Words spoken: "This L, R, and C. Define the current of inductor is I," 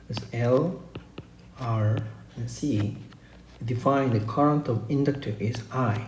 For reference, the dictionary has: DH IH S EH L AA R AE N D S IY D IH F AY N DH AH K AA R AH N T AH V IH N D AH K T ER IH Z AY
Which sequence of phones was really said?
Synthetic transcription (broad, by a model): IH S EH L AA R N S IY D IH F AY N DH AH K AA R AH N T AH V IH N D AH K T ER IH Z AY